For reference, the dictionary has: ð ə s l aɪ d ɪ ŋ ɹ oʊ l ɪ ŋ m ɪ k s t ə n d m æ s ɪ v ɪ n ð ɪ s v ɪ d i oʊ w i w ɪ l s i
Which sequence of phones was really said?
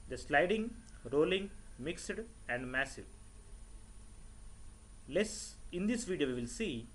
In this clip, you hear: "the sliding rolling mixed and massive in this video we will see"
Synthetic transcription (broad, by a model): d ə s l aɪ d ɪ ŋ ɹ oʊ l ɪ ŋ m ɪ k s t ə n d m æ s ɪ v ɪ n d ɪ s v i d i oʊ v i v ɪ l s i